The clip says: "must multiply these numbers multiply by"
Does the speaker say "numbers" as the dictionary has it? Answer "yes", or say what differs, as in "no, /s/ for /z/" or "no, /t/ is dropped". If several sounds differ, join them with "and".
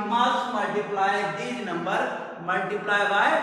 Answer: no, /z/ is dropped